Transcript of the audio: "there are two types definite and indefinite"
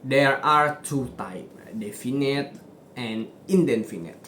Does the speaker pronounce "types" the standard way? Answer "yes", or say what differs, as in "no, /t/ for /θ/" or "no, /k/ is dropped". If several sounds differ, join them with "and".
no, /s/ is dropped